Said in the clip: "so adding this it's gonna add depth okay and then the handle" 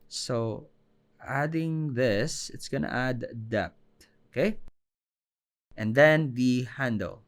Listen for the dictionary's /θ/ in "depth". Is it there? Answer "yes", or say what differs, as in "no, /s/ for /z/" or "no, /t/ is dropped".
no, /t/ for /θ/